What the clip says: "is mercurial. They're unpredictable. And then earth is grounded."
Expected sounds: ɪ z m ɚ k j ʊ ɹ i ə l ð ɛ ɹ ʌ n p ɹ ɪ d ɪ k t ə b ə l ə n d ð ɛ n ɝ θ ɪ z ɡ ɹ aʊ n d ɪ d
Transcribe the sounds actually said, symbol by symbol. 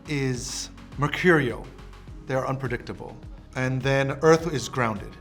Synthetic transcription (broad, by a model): ɪ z m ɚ k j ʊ ɹ i l ð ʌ ɹ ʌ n p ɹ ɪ d ɪ k t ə b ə l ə n ð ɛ n ɝ θ ɪ z ɡ ɹ aʊ n d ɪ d